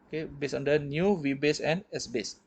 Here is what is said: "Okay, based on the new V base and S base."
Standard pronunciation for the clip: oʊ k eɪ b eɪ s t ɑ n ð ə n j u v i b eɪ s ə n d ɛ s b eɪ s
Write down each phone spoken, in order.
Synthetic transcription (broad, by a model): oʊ k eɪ b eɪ s ɑ n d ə n j u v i b eɪ s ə n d ɛ s b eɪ s